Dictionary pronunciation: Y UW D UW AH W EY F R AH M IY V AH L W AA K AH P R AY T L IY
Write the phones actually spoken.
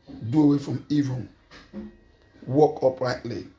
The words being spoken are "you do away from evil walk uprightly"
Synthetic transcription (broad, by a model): D UW AH W EY F R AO M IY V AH N W AA K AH P R AY T L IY